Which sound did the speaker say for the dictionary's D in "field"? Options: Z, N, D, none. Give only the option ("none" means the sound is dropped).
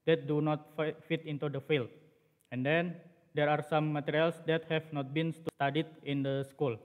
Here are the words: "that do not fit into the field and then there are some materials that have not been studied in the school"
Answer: none